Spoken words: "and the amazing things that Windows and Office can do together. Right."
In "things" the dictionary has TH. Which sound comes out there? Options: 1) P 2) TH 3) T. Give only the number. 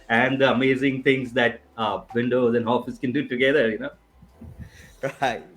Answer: 3